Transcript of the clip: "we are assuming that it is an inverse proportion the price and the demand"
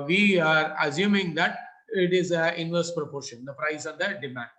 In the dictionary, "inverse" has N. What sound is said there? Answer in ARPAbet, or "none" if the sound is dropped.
N